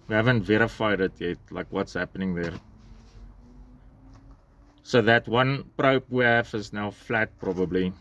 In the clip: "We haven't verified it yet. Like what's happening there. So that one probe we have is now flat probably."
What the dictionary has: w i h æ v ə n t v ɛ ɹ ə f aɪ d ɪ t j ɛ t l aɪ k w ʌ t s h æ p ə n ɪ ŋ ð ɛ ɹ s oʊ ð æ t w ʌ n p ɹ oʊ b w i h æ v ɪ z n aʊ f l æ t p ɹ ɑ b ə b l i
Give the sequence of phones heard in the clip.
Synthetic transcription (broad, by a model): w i h æ v ə n t v ɛ ɹ ə f aɪ d ɪ t j ɛ t l aɪ k w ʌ t s h æ p ə n ɪ ŋ ð ɛ ɹ s oʊ ð æ t w ʌ n p ɹ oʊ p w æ f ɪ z n aʊ f l æ t p ɹ ɑ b ə b l i